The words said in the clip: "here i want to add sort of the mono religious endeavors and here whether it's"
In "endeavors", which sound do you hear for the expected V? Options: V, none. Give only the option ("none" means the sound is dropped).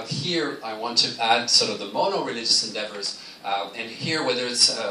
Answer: V